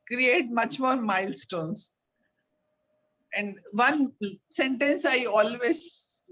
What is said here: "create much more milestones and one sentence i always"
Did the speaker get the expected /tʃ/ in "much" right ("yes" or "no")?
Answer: yes